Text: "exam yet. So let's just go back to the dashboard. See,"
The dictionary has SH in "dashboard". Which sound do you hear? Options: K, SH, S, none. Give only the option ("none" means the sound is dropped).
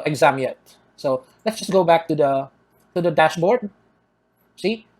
SH